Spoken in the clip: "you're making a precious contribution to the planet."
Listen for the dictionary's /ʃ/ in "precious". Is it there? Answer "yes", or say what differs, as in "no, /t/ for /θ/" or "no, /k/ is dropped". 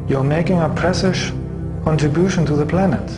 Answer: no, /s/ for /ʃ/